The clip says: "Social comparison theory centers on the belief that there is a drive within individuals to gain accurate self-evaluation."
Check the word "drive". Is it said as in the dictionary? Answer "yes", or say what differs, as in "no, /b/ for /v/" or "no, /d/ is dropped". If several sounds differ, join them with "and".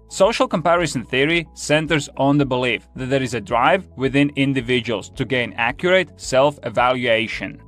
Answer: yes